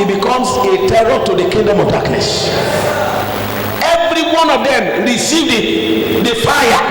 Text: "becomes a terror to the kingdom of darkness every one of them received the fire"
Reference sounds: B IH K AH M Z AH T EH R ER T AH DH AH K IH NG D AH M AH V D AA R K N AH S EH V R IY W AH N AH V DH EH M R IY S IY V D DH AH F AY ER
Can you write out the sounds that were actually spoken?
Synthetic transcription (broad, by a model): B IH K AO M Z AH T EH R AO T AH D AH K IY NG D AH M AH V D AA K N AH S EH V R IY W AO N AH V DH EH M R IY S IY V D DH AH F AY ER